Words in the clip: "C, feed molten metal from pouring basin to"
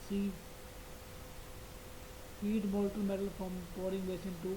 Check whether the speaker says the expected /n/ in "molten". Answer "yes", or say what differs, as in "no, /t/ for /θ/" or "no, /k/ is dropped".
no, /l/ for /n/